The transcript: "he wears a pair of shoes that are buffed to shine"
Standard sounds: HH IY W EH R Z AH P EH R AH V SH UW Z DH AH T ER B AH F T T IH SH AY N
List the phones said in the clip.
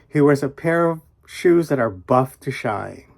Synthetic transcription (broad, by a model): HH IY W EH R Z AH P EH R AH V SH UW Z DH AH T ER B AH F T T IH SH AY